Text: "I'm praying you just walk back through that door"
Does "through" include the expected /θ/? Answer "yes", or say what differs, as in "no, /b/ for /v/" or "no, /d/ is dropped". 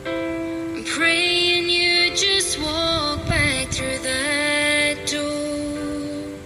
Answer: yes